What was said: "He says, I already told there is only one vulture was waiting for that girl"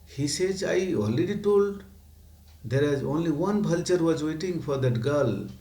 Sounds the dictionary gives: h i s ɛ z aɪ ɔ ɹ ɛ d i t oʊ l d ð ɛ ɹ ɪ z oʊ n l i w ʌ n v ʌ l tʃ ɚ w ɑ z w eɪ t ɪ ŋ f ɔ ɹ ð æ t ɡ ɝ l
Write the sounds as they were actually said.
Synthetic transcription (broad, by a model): h i s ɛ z aɪ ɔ l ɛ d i t oʊ l d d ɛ ɹ ɪ z oʊ n l i w ʌ n b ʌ l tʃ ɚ w ɑ z w eɪ t ɪ ŋ f ɔ ɹ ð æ t ɡ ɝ l